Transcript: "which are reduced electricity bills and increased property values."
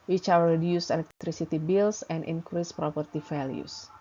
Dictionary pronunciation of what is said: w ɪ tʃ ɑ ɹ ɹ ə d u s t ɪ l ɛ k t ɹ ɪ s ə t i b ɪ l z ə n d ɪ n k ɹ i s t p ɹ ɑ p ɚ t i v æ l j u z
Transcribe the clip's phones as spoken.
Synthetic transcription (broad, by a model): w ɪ tʃ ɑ w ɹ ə d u s ɪ l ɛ k t ɹ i s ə t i b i l s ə n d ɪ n k ɹ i s p ɹ ɑ p ɚ t i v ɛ l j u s